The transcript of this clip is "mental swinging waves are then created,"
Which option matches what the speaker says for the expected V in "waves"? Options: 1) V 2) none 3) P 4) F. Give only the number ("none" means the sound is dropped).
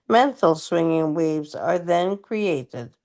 1